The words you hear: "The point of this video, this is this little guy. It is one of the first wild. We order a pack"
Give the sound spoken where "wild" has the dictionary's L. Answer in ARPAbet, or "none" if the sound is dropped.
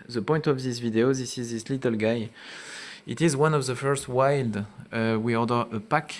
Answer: L